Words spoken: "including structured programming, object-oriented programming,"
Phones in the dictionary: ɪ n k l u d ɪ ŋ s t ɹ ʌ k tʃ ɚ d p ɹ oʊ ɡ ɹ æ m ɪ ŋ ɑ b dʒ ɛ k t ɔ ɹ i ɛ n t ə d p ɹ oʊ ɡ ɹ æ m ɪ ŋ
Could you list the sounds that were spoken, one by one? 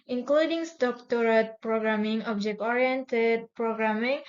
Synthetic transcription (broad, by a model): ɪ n k l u d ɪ ŋ s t ɔ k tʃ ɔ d p ɹ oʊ ɡ ɹ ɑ m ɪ ŋ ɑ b dʒ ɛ k t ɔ ɹ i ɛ n t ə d p ɹ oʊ ɡ ɹ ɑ m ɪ ŋ